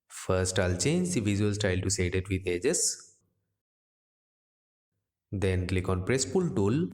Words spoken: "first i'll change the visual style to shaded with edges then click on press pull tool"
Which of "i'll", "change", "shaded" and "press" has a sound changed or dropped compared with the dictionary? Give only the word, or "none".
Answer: shaded